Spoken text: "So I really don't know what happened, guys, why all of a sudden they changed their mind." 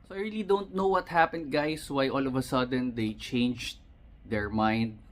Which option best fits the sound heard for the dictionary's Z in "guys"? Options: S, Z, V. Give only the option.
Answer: S